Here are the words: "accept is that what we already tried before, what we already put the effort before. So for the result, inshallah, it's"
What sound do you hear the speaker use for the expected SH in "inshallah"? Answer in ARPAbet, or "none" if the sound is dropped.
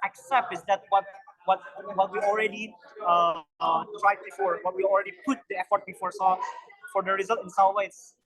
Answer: S